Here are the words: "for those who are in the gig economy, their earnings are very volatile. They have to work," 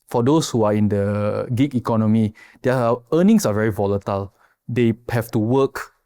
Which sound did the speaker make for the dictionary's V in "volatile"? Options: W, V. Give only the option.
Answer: V